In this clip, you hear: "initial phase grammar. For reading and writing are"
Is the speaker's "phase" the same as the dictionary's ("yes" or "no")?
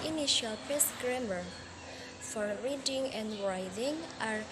no